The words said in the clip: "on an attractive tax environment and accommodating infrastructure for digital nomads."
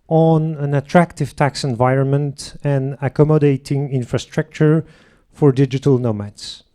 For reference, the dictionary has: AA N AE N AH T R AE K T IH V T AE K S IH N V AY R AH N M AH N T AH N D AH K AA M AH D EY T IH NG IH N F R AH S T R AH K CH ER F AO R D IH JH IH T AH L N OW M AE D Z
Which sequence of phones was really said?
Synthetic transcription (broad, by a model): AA N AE N AH T R AE K T IH V T AE K S IH N V AY R AH N M AH N T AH N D AH K AA M AH D EY T IH NG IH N F R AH S T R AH K CH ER F AO R D IH JH IH T AH L N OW M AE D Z